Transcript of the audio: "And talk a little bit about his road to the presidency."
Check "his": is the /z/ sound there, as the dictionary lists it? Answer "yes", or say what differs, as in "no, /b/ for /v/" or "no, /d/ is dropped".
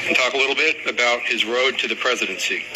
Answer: yes